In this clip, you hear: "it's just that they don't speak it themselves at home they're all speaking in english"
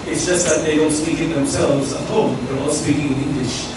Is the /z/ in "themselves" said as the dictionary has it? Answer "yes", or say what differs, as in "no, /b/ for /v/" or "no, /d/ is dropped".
yes